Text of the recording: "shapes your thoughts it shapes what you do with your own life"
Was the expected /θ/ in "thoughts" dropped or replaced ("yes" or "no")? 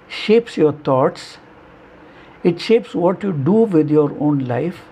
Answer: yes